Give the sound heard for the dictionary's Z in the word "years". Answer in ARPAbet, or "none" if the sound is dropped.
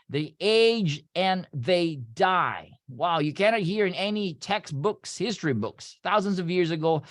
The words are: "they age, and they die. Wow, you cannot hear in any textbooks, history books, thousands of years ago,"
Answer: Z